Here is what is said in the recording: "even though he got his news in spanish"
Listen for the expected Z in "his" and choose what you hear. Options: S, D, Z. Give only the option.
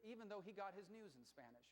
Z